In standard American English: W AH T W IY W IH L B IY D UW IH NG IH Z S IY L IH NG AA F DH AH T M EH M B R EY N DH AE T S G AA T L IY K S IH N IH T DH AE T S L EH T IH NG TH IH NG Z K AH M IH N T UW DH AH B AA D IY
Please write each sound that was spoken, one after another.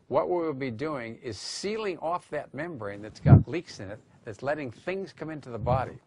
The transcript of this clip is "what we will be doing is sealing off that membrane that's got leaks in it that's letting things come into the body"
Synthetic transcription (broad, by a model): W AH T W IY W IH L B IY D UW IH NG IH Z S IY L IH NG AA F DH AH T M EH M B R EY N DH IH T S G AA T L IY K S IH N IH T DH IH T S L EH T IH NG TH IH NG Z K AH M IH N T UW DH AH B AA D IY